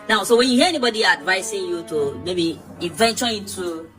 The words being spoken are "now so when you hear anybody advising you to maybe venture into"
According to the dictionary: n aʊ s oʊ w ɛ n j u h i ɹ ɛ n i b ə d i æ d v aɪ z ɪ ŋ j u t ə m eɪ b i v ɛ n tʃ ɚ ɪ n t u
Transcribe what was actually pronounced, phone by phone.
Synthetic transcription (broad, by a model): n aʊ s oʊ w ɛ n j u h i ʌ ɛ n i b ə d i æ d v aɪ s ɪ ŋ j u t ə m eɪ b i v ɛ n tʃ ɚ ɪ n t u